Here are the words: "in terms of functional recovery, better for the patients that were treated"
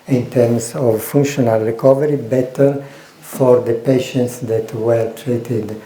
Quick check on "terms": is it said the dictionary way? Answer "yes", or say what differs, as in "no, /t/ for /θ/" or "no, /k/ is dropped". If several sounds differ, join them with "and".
no, /s/ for /z/